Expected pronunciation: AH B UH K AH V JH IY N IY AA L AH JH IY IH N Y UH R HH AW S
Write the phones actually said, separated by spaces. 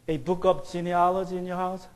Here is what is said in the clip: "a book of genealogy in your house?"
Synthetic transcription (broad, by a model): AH B UH K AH P JH IY N IY AA L AH JH IY IH N Y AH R HH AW S